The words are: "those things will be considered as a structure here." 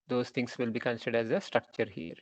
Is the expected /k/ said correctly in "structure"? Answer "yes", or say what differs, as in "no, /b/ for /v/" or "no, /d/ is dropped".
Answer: yes